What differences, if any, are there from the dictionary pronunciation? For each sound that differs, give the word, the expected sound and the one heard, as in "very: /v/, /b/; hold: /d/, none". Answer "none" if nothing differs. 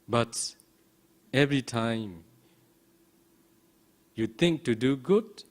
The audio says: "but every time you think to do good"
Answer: think: /θ/, /t/